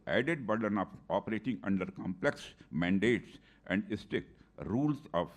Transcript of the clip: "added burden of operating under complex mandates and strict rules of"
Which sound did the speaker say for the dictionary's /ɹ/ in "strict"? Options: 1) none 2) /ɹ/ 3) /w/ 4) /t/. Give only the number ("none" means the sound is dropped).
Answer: 1